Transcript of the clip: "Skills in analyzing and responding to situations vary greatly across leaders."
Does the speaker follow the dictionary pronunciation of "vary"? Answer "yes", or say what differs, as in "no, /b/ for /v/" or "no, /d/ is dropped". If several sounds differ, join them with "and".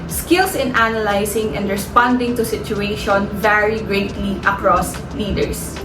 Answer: yes